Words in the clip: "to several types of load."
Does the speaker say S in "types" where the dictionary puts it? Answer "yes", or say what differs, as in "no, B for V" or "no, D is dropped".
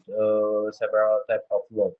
no, S is dropped